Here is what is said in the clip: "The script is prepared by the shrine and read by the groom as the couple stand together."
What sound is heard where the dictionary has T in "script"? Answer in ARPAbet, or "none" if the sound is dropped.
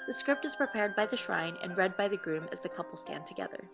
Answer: T